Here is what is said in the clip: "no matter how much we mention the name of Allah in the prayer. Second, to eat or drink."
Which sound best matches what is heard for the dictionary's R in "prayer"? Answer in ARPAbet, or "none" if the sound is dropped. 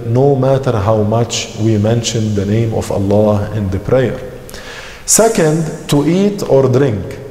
R